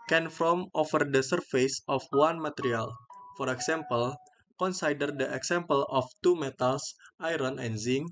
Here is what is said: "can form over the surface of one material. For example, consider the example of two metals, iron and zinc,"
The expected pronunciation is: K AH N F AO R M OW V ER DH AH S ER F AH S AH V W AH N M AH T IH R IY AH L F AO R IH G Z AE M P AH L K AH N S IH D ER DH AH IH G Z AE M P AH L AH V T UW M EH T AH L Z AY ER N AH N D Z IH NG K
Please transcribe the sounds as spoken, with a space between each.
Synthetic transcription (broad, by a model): K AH N F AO M OW F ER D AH S ER F AH S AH F W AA N M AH T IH R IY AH L F AO R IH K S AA M P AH L K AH N S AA D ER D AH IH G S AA M P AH L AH F T UW M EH T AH L S AY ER N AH N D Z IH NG